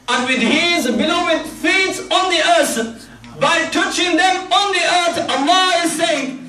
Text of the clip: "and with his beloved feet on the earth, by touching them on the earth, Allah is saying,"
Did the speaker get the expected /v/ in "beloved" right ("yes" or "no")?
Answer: no